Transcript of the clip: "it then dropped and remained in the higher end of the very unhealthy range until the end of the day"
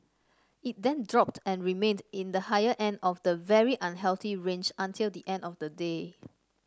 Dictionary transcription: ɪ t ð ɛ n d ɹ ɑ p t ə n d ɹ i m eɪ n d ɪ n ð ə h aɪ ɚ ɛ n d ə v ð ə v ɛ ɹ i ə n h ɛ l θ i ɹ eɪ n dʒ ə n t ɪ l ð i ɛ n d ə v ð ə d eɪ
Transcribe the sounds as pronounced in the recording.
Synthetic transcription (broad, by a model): ɪ t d ɛ n d ɹ ɑ p t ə n ɹ i m eɪ n d ɪ n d ə h aɪ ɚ ɛ n d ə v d ə v ɛ ɹ i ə n h ɛ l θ i ɹ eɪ n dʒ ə n t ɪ l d i ɛ n d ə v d ə d eɪ